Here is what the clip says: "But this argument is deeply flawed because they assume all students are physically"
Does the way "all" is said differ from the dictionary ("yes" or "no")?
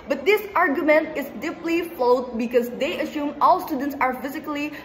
no